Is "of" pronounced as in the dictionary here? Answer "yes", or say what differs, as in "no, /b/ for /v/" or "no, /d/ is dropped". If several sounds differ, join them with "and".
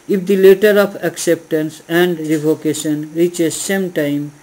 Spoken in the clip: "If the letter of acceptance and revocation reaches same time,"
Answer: no, /p/ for /v/